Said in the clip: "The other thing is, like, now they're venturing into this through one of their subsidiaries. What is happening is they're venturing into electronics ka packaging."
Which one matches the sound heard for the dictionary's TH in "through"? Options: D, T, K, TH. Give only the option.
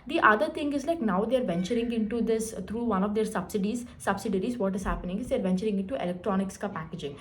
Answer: T